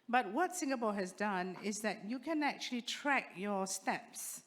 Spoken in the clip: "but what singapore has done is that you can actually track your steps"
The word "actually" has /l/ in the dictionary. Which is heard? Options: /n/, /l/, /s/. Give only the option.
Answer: /l/